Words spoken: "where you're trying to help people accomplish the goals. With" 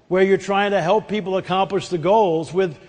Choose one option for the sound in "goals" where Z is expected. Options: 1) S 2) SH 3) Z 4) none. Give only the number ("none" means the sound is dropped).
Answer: 3